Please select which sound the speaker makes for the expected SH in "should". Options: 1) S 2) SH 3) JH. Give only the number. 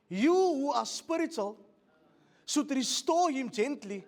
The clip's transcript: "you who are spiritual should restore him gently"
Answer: 1